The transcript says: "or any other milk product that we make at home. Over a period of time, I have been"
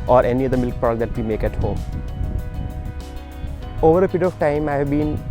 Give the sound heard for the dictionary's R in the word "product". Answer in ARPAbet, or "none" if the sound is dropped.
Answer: none